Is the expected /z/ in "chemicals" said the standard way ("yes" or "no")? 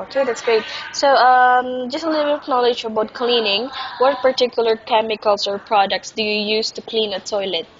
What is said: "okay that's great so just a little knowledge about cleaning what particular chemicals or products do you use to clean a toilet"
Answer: no